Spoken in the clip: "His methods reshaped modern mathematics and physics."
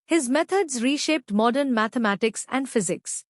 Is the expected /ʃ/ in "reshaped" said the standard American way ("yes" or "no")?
yes